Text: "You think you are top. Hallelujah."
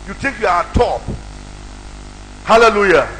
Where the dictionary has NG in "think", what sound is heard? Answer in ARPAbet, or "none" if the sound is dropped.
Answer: none